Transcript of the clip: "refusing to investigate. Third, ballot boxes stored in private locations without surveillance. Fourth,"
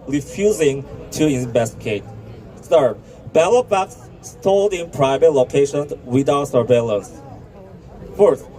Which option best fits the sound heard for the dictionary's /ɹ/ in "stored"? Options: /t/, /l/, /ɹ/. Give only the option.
/l/